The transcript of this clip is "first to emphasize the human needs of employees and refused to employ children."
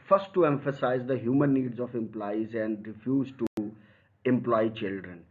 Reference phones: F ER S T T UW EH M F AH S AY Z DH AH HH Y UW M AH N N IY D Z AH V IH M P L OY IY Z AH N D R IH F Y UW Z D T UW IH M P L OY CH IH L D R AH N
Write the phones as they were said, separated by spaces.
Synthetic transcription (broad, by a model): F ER S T T UW EH M F AH S AY Z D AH HH Y UW M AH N N IY D Z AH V IH M P L OY IY Z AH N D R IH F Y UW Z T UW IH M P L OY CH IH L D R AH N